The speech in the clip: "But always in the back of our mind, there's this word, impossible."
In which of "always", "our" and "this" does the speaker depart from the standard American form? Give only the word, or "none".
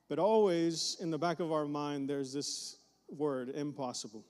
none